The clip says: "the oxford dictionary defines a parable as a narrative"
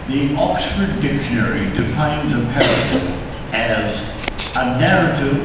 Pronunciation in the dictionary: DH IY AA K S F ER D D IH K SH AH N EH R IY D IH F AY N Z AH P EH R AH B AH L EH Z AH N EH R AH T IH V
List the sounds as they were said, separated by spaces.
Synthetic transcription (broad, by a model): DH IY AA K S F ER D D IH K SH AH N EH R IY D IH F AY N Z AH P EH R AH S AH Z AH N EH R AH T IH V